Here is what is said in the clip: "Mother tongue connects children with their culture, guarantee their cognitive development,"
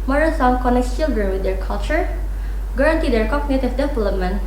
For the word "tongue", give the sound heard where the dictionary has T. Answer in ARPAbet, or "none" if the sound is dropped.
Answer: S